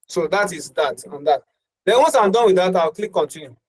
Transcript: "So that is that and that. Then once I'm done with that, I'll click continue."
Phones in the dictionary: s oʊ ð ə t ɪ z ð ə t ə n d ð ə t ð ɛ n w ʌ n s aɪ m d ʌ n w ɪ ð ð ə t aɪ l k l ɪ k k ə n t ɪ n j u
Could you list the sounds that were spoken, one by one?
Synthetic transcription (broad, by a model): s oʊ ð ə t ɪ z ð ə t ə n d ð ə t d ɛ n w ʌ n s aɪ m d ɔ n w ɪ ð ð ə t aɪ w k l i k k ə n t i n j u